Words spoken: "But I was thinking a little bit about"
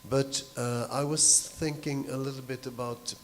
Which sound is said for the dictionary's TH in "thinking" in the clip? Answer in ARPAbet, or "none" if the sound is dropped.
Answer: TH